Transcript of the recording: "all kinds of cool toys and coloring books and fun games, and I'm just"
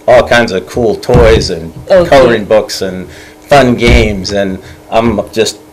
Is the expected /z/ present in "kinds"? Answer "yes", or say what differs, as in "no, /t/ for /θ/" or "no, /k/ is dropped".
yes